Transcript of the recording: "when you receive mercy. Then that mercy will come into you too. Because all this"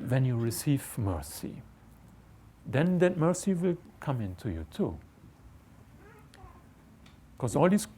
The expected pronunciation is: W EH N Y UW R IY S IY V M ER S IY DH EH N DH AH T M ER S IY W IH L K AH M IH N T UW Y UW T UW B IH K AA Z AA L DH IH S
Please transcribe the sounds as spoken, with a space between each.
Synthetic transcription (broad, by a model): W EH N Y UW R IY S IY V M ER S IY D EH N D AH T M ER S IY W IH L K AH M IH N T UW Y UW T UW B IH K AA S AA L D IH S